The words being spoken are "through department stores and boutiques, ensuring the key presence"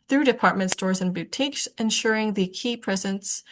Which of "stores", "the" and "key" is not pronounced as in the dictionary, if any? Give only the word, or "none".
none